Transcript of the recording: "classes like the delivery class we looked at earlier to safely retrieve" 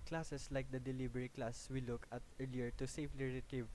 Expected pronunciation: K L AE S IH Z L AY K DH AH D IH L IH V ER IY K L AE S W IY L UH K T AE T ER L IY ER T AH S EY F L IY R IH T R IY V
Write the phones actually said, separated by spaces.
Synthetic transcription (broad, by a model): K L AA S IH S L AY K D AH D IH L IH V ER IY K L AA S W IY L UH K AH T ER L IY ER T AH S EY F L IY R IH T R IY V